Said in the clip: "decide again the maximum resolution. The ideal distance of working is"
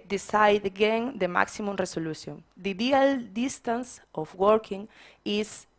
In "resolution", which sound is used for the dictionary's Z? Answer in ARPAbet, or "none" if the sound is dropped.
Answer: S